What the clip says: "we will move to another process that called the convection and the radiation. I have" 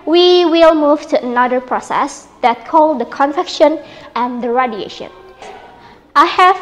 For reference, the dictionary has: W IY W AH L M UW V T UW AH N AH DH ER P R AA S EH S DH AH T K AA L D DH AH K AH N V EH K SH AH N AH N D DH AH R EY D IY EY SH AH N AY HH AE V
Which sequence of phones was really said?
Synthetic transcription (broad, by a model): W IY W AH L M UW V T UW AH N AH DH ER P R AA S EH S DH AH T K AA L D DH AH K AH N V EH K SH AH N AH N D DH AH R EY D IY EY SH AH N AY HH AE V